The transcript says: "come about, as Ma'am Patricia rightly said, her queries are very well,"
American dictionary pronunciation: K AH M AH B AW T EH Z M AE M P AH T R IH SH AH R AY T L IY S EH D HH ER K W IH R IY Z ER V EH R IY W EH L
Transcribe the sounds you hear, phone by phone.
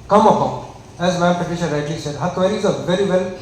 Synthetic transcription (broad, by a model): K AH M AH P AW EH Z M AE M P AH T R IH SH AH R AY T L IY S EH D HH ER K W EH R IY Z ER V EH R IY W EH L